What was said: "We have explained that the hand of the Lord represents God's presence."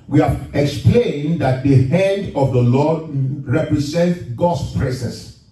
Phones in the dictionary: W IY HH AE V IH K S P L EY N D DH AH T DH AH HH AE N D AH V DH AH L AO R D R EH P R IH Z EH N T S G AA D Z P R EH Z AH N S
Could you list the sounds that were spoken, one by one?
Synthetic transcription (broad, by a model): W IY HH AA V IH K S P L EY N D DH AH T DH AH HH AE N D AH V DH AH L AO D R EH P R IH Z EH N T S G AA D S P R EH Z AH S